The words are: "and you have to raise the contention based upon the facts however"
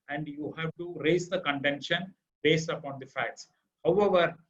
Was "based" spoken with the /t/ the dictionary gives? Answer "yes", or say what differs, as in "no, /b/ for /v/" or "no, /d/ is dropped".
yes